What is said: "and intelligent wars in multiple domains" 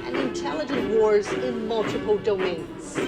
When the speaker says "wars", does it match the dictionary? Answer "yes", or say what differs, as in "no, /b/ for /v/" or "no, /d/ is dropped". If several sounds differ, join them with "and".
yes